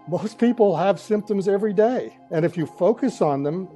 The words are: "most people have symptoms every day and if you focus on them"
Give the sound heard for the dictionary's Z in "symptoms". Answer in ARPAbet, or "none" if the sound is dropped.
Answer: Z